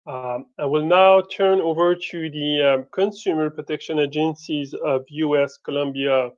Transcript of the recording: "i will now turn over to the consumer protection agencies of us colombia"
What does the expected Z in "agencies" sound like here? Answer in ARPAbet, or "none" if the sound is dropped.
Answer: Z